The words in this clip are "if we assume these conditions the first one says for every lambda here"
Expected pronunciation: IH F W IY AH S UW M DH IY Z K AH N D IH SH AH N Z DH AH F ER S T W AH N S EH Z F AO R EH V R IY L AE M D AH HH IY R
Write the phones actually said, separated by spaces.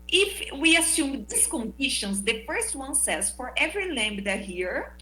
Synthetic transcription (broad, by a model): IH F W IY AH S UW M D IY S K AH N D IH SH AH N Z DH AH F ER S T W AH N S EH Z F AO R EH V R IY L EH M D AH HH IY R